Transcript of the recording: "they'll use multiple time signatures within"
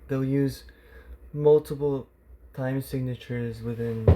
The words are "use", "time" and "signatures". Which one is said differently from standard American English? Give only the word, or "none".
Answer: none